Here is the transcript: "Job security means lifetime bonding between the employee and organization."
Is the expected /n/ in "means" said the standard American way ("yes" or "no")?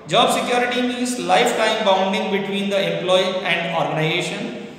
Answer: no